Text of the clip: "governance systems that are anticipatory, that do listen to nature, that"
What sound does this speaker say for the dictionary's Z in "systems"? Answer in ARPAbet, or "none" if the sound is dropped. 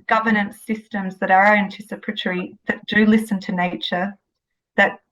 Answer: Z